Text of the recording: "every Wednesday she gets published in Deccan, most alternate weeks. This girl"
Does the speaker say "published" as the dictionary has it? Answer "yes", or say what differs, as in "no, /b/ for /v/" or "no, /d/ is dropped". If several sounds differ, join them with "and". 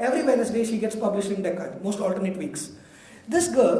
no, /t/ is dropped